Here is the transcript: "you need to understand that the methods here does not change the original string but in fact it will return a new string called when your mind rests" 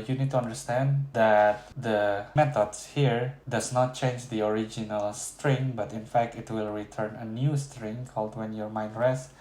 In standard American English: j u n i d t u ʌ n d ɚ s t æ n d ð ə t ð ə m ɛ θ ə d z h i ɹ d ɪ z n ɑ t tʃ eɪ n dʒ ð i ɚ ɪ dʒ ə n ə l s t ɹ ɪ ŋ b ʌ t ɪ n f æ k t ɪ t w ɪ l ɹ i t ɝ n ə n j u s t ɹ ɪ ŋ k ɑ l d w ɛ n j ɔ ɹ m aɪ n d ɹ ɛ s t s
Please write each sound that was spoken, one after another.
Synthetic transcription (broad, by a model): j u n i d t u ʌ n d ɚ s t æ n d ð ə t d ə m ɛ t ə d s h i ɹ d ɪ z n ɑ t tʃ eɪ n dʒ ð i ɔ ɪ dʒ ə n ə l s t ɹ ɪ ŋ b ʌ t ɪ n f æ k t ɪ t w ɪ l ɹ i t ɝ n ə n j u s t ɹ ɪ ŋ k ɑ l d w ɛ n j ɔ ɹ m aɪ n d ɹ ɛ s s